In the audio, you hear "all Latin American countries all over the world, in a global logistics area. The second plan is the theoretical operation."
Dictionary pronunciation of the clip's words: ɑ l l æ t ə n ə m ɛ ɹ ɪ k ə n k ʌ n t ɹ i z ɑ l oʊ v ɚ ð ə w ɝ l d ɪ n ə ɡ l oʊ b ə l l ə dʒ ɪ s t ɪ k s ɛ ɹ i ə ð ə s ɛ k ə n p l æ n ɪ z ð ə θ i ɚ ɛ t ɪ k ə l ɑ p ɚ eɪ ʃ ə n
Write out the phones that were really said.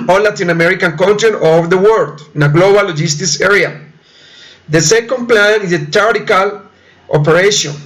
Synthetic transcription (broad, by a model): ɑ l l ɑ t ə n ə m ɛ ɹ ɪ k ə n k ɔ n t i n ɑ n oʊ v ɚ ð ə w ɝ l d ɪ n ə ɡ l oʊ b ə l l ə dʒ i s t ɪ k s ɛ ɹ i ə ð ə s ɛ k ə n p l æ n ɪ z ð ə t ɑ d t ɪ k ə l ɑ p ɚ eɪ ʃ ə n